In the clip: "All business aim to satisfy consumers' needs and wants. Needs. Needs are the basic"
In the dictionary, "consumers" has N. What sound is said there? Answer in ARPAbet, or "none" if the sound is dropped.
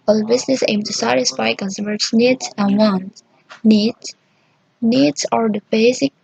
L